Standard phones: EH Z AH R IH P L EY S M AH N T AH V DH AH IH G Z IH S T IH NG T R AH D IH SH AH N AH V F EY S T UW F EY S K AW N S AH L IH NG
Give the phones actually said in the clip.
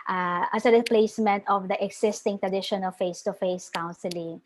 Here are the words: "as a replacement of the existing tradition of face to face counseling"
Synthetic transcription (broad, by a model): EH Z AH R IH P L EY S M AH N T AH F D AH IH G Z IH S T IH NG T R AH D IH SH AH N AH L F EY S T UW F EY S K AW N S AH L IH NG